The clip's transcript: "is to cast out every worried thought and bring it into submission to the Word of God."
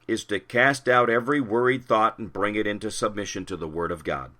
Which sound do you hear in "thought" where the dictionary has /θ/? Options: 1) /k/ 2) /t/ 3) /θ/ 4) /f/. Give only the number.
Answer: 3